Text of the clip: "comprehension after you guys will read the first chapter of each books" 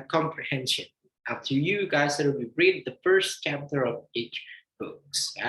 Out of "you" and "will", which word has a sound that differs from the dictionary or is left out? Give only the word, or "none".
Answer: will